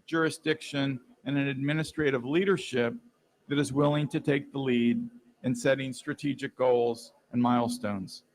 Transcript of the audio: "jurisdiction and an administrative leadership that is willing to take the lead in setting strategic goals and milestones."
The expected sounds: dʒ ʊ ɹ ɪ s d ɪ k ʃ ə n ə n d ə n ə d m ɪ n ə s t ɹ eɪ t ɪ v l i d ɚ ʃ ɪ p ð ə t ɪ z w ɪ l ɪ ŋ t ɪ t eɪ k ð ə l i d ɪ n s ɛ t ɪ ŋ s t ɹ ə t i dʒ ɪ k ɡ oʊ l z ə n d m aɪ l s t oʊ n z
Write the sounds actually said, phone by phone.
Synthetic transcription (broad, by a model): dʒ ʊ ɹ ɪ s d ɪ k ʃ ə n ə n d ə n ə d m ɪ n ə s t ɹ eɪ t ɪ v l i d ɚ ʃ ɪ p ð ə t ɪ z w ɪ l ɪ ŋ t ɪ t eɪ k ð ə l i d ɪ n s ɛ t ɪ ŋ s t ɹ ə t i dʒ ɪ k ɡ oʊ l z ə n m aɪ l s t oʊ n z